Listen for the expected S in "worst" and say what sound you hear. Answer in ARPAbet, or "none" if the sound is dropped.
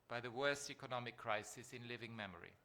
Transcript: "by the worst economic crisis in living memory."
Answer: S